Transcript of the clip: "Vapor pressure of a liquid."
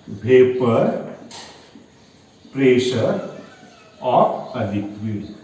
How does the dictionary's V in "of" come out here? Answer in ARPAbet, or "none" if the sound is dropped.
P